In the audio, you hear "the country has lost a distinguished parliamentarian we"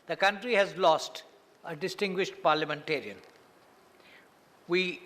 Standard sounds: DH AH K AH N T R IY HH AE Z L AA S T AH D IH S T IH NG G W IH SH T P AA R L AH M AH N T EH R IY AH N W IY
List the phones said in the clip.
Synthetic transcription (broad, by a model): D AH K AH N T R IY HH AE Z L AA S T AH D IH S T IH NG G W IH SH T P AA R L AH M AH N T EH R IY AH N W IY